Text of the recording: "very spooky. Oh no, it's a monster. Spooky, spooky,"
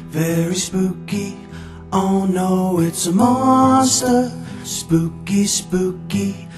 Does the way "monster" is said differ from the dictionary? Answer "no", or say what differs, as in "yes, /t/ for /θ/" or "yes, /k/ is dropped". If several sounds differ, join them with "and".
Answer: yes, /n/ is dropped